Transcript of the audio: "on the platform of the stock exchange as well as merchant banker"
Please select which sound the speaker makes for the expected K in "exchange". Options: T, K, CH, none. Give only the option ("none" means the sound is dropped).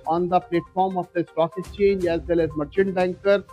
none